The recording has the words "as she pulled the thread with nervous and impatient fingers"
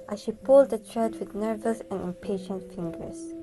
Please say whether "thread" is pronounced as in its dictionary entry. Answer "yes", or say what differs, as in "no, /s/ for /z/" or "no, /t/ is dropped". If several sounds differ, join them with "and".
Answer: no, /t/ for /θ/